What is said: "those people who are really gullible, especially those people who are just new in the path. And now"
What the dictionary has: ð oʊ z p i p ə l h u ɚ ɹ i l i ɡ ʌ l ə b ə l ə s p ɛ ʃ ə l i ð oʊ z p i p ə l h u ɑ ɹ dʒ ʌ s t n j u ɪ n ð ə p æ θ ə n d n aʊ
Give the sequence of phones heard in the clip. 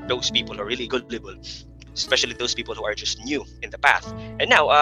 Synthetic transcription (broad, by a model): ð oʊ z p i p ə l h ɚ ɹ i l i ɡ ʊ l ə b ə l ə s p ɛ ʃ ə l i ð oʊ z p i p ə l h u ɑ ɹ dʒ ʌ s t n j u ɪ n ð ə p æ θ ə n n aʊ